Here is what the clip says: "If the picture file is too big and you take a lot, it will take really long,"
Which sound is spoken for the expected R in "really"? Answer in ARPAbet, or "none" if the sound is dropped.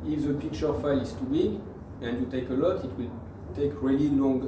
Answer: R